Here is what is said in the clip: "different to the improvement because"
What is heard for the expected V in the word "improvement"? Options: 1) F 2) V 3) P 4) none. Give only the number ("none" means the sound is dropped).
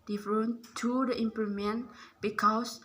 4